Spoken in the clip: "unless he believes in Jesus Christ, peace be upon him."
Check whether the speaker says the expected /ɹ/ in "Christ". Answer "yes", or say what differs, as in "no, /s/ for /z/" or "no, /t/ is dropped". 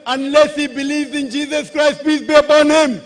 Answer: yes